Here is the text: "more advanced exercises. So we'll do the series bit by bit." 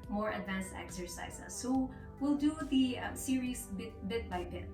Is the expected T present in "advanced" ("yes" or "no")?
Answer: yes